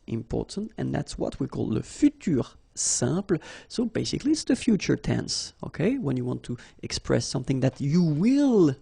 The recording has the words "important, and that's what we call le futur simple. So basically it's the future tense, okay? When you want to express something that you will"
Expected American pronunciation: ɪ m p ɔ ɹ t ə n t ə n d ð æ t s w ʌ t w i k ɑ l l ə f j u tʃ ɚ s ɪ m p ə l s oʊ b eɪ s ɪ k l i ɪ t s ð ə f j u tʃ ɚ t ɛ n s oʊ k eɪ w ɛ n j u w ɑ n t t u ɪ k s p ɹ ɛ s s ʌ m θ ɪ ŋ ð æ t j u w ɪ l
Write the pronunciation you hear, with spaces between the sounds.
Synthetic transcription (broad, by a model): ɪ m p ɔ ɹ t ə n t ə n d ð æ t s w ʌ t w i k ɑ l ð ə f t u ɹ s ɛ p l s oʊ b eɪ s ɪ k l i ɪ t s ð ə f j u tʃ ɚ t ɛ n s oʊ k eɪ w ɛ n j u w ɑ n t t u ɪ k s p ɹ ɛ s s ʌ m θ ɪ ŋ ð æ t j u w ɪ l